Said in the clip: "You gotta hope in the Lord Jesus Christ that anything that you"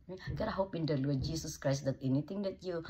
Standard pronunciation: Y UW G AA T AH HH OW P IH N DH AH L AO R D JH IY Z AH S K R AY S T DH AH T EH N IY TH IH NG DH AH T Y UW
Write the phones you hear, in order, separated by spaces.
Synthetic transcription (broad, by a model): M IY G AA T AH HH OW P IH N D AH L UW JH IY S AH S K R AY S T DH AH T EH N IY T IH NG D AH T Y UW